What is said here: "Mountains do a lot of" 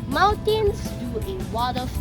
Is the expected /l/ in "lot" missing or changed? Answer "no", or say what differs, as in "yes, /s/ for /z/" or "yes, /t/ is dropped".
yes, /w/ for /l/